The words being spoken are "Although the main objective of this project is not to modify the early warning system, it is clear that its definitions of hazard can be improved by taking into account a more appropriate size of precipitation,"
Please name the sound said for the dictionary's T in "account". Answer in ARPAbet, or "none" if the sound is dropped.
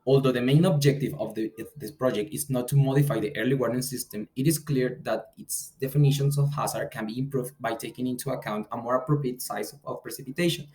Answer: T